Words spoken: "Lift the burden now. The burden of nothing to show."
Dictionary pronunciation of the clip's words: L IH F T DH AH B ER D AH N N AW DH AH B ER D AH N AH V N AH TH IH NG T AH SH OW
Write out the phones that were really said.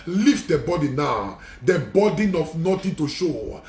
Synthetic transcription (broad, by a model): L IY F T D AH B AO D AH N N AW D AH B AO D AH N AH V N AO T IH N T AH SH OW